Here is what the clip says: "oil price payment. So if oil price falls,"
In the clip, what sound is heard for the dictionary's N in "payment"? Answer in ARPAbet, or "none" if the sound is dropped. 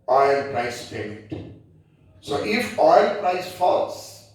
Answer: none